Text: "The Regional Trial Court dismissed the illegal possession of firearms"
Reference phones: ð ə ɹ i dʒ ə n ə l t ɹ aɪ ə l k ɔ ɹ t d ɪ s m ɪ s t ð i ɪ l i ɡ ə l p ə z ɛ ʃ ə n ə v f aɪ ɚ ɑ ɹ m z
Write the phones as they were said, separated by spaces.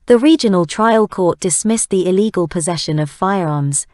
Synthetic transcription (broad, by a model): ð ə ɹ i dʒ ə n ə l t ɹ aɪ ə l k ɔ t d ɪ s m ɪ s ð i ɪ l i ɡ ə l p ə z ɛ ʃ ə n ə v f aɪ ɚ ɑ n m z